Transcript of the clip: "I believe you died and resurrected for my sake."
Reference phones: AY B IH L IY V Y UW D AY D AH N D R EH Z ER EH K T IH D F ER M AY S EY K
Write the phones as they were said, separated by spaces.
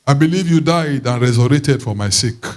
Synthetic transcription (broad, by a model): AY B IH L IY V Y UW D AY D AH N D R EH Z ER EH T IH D F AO M AY S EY K